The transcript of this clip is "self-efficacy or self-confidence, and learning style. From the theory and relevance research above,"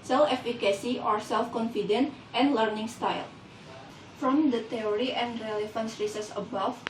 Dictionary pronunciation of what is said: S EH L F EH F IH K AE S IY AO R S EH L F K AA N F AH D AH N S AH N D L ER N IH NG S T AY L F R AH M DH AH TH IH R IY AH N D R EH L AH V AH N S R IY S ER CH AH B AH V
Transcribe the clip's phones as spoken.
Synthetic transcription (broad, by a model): S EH L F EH F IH K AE S IY AO R S EH L F K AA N F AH D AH N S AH N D L ER N IH NG S T AY L F R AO M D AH T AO R IY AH N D R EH L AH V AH N S R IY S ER S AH B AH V